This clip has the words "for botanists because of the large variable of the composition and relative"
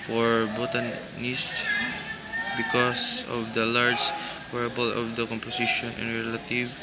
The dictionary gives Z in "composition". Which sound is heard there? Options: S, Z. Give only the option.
S